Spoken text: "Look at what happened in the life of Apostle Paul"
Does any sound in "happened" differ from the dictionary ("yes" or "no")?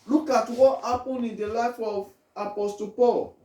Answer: yes